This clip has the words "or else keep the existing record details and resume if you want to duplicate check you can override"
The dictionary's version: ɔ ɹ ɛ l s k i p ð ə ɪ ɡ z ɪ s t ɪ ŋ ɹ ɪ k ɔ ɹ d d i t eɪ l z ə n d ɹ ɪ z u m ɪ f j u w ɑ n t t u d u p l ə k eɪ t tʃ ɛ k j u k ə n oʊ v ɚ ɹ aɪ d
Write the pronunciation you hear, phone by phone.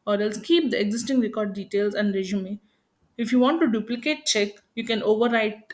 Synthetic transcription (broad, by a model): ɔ ɹ ɛ l s k i p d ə ɪ ɡ z ɪ s t ɪ ŋ ɹ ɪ k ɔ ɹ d d i t eɪ l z ə n d ɹ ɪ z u m ɪ f j u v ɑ n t t u d u p l ə k eɪ t tʃ ɛ k j u k ə n oʊ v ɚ ɹ aɪ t